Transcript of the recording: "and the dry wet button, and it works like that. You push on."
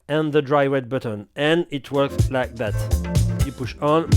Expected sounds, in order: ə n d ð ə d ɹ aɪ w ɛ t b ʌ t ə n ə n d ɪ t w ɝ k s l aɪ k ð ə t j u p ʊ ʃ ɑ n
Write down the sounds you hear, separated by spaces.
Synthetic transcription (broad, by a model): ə n ð ə d ɹ aɪ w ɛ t b ʌ t ə n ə n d ɪ t w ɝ k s l aɪ k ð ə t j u p ʊ ʃ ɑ n